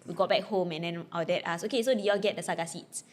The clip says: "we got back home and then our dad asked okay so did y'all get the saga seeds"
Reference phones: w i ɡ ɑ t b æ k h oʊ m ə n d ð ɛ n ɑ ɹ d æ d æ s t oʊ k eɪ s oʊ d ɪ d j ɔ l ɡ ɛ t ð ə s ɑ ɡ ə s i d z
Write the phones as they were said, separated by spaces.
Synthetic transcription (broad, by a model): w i ɡ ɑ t b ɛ k h oʊ m ə n d ɛ n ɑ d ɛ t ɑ s oʊ k eɪ s oʊ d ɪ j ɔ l ɡ ɛ t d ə s ɑ ɡ ə s i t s